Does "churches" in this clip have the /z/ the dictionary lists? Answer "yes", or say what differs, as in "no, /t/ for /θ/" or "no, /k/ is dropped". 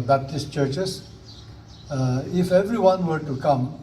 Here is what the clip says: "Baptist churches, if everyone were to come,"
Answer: no, /s/ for /z/